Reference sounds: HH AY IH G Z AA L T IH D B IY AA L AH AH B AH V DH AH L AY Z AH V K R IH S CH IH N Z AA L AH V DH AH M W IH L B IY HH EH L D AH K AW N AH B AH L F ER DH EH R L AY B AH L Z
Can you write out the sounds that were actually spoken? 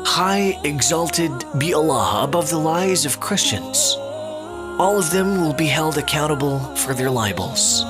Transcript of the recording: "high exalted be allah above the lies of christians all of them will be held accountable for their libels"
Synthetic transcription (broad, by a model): HH AY IH G Z AA L T IH D B IY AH L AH AH B AH V DH AH L AY Z AH V K R IH S CH IH N Z AA L AH V DH AH M W IH L B IY HH EH L D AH K AW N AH B L F ER DH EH R L AY B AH L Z